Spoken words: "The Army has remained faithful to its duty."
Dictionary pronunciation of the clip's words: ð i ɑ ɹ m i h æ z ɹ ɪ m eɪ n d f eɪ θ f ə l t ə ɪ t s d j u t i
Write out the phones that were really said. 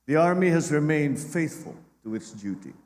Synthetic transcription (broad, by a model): ð i ɑ ɹ m i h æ z ɹ ɪ m eɪ n d f eɪ θ f ə l t ə ɪ t s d j u t i